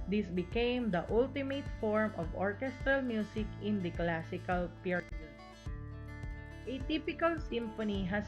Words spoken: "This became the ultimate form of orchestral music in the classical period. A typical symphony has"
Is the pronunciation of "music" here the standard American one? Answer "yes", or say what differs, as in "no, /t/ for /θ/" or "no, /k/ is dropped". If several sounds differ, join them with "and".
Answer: no, /s/ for /z/